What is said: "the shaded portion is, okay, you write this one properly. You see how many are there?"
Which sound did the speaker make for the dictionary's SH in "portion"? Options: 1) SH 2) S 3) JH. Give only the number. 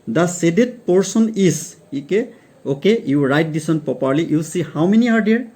2